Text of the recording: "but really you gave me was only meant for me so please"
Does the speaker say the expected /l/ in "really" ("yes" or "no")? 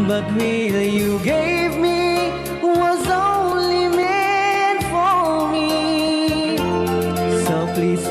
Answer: no